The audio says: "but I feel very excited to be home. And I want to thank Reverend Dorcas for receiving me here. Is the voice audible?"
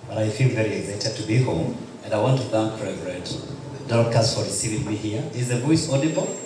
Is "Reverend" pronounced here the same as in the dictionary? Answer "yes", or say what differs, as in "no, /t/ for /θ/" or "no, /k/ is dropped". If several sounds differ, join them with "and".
no, /n/ is dropped